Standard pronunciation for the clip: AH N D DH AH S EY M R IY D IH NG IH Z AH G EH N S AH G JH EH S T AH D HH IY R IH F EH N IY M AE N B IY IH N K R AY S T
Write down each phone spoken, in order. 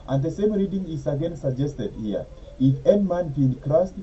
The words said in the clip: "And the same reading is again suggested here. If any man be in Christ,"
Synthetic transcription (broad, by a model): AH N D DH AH S EY M R IY D IH NG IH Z AH G EH N S AH G JH EH S T AH D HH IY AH IH F EH N IY M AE N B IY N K R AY S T